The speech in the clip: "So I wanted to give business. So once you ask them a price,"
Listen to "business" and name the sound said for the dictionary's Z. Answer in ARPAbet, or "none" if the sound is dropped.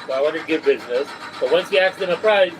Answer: Z